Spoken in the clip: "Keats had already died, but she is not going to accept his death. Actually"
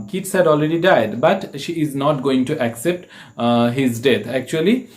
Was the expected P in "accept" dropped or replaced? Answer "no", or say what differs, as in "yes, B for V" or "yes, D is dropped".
no